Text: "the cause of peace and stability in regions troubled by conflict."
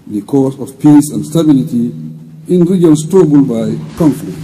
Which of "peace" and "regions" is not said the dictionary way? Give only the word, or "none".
regions